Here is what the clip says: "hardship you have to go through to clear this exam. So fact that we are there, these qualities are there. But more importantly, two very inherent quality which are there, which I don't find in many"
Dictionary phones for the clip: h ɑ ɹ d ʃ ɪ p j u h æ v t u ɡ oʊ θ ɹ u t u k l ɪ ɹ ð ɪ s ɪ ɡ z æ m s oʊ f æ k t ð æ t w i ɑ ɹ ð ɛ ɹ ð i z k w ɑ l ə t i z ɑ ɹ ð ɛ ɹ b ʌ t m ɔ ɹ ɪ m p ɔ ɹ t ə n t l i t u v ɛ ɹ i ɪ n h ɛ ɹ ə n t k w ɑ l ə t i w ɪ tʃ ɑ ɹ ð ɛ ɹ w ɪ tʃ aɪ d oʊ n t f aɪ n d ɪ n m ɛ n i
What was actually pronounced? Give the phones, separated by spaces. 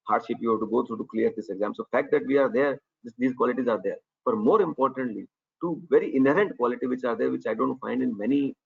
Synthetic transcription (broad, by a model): h ɑ ɹ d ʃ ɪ p j u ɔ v t u ɡ oʊ t ɹ u t u k l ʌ ɹ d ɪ s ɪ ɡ z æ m s oʊ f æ k t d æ t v i ɑ ɹ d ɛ ɹ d i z k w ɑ l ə t i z ɑ ɹ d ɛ ɹ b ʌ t m ɔ ɹ ɪ m p ɔ ɹ t ə n t l i t u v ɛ ɹ i ɪ n h ɛ ɹ ə n t k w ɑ l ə t i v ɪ tʃ ɑ ɹ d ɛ ɹ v ɪ tʃ aɪ d oʊ n t f aɪ n d ɪ n m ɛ n i